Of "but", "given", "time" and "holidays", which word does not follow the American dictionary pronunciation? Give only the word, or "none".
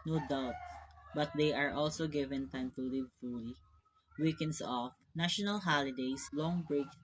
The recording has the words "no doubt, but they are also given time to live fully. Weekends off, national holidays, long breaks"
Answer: holidays